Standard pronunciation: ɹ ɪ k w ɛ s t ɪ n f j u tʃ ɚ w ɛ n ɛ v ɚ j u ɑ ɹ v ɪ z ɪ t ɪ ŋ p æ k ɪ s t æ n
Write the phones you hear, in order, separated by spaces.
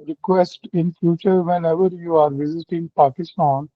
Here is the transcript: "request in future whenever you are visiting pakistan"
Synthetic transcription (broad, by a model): ɹ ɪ k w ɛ s t ɪ n f j u tʃ ɚ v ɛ n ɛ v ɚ j u ɑ ɹ v ɪ z ɪ t ɪ ŋ p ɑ k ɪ s t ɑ n